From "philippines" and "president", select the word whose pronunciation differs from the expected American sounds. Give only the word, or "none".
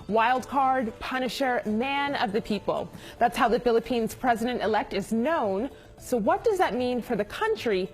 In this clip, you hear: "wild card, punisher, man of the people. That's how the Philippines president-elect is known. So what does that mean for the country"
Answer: none